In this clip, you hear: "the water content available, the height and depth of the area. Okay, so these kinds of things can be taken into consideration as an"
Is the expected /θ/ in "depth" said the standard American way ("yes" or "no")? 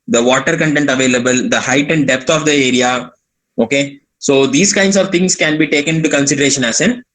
no